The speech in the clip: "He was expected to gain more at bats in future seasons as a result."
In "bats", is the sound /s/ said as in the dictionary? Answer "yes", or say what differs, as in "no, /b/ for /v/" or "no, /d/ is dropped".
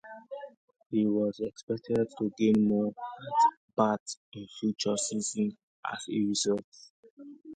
no, /s/ is dropped